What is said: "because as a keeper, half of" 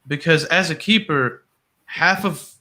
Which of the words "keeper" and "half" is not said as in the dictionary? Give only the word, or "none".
none